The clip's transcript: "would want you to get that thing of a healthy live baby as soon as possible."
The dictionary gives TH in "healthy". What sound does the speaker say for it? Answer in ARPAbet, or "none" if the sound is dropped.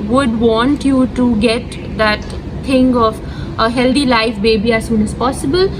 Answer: T